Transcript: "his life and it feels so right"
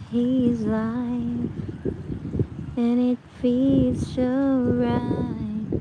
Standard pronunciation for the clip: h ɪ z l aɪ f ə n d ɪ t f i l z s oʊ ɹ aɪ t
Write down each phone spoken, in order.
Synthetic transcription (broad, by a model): h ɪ z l aɪ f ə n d ɪ t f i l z ʃ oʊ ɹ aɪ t